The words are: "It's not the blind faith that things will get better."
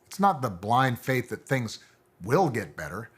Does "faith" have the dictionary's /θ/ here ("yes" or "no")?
yes